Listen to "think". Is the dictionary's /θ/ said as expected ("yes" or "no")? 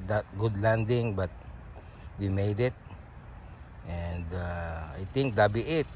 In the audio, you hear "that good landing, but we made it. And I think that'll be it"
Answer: no